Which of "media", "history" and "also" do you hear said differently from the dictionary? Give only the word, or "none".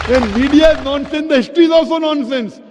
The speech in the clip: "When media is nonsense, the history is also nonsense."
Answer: none